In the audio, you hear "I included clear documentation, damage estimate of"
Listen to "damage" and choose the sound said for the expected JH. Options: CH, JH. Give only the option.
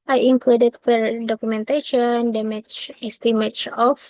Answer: CH